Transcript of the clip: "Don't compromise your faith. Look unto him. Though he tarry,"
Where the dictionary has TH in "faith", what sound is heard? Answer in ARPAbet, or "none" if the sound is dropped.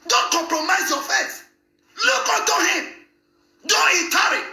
S